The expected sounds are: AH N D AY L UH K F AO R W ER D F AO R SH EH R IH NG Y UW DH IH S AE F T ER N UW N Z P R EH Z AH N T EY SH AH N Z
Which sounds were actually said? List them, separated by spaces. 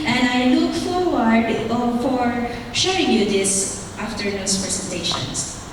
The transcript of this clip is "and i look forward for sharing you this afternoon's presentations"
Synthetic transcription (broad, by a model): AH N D AY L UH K F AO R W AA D F AO R SH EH IH NG Y UW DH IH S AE F T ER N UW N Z P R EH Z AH N T EY SH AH N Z